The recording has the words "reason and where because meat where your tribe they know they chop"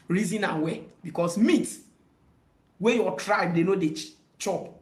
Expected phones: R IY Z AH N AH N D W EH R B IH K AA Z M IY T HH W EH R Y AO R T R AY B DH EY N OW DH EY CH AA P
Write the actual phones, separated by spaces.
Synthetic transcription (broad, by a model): R IY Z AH N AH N W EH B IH K AA S M IY T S W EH Y AO T R AY B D EY N OW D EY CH AA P